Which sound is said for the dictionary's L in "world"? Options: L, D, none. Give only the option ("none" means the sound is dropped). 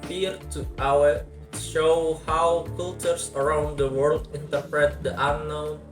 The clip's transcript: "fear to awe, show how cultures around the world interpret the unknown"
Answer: L